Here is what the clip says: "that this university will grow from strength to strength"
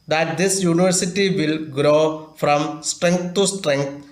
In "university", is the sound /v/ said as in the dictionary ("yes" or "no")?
yes